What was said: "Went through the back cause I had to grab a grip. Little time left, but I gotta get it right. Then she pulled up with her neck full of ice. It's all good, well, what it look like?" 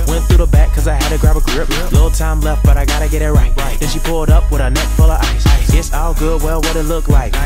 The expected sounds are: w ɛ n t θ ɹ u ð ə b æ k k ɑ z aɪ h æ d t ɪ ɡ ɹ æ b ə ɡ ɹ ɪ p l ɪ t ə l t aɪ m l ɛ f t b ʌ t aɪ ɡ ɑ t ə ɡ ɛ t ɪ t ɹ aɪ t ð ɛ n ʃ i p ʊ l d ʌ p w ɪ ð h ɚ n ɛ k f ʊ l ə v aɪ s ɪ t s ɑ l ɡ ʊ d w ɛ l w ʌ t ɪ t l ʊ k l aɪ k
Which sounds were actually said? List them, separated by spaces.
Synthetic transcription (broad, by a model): w ɛ n θ ɹ u ð ə b æ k k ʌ z aɪ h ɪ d t ɪ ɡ ɹ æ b ə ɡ ɹ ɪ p l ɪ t l t aɪ m l ɛ f t b ʌ t aɪ ɡ ɑ t ə ɡ ɛ t ɪ t ɹ aɪ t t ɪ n ʃ i p ʊ l d ʌ p w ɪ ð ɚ n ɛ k f ʊ l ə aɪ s ɪ t s ɑ l ɡ ʊ d w ɛ l w ʌ t ɪ t l ʊ k l aɪ k